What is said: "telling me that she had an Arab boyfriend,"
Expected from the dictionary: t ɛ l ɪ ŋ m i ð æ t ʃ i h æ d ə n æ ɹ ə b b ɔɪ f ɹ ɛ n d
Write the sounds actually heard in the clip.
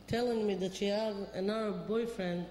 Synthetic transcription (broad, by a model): t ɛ l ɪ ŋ m i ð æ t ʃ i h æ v ə n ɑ w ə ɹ b ɔɪ f ɹ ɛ n d